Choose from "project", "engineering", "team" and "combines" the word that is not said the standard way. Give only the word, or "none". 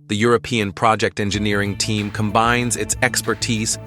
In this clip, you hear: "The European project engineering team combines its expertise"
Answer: none